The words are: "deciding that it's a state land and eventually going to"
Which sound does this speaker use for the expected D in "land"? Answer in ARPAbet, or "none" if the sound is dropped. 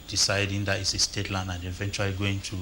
none